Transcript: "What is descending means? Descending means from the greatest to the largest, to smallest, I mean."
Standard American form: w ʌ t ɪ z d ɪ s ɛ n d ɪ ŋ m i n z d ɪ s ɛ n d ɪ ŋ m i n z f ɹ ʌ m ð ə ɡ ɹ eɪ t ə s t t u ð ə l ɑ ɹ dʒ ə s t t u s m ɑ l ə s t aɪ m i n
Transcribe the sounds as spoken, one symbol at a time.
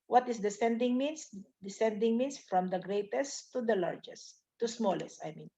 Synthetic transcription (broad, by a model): w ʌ t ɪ s d ɪ s ɛ n d ɪ ŋ m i n s d ɪ s ɛ n d ɪ ŋ m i n s f ɹ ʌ m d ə ɡ ɹ eɪ t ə s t t u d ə l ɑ ɹ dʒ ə s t t u s m ɑ l ə s t aɪ m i n